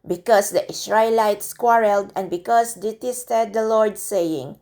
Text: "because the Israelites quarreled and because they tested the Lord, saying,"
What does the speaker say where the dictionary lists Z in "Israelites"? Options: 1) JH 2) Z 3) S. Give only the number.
3